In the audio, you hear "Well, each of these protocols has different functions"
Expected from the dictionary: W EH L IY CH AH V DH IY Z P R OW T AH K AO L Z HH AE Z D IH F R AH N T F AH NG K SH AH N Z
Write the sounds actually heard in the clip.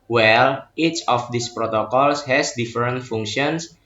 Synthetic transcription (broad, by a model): W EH L IY CH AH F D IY S P R OW T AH K AO L S HH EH S D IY F R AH N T F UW NG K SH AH N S